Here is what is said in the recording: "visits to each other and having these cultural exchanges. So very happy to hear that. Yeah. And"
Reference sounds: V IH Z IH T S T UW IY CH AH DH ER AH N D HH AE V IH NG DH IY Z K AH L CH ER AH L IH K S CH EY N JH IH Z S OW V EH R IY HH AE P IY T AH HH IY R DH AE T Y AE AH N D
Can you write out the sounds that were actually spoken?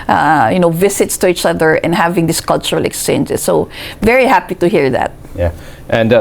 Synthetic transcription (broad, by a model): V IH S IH T S T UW IY CH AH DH ER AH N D HH AE V IH NG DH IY S K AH L CH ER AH L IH K S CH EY N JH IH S S OW V EH R IY HH AE P IY T AH HH IY R DH AE T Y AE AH N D